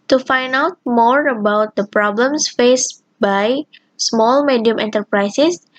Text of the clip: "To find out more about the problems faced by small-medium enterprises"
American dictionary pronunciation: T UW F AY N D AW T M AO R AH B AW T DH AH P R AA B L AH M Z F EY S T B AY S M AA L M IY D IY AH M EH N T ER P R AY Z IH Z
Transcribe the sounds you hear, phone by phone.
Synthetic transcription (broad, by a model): T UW F AY N AW T M AO R AH B AW T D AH P R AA B L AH M S F EY S B AY S M AA L M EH D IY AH M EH N T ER P R AY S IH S